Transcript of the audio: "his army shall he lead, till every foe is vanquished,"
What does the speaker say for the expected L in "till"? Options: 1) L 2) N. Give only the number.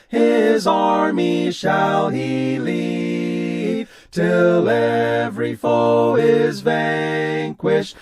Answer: 1